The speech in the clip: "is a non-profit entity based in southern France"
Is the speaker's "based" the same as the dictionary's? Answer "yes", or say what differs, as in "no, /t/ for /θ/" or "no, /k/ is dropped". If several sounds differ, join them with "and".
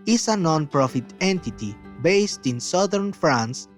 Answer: yes